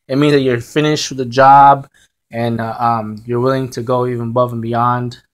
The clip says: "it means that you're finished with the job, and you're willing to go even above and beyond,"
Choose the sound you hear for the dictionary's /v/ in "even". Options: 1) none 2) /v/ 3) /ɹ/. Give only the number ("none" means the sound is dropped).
2